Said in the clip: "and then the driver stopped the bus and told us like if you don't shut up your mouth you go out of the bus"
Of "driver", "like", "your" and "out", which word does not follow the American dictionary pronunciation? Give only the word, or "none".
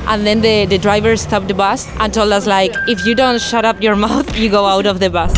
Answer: none